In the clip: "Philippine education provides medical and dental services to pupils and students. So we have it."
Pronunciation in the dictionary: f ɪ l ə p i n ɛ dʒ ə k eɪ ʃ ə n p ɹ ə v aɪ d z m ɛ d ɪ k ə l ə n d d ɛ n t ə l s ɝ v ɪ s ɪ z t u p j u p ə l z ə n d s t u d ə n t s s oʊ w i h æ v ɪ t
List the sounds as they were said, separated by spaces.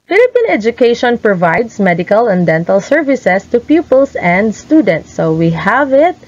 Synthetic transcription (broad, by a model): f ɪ l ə p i n ɛ dʒ ə k eɪ ʃ ə n p ɹ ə v aɪ d s m ɛ d ɪ k ə l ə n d d ɛ n t ə l s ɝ v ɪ s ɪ s t u p j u p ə l s ə n d s t u d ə n t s s oʊ w i h æ v ɪ t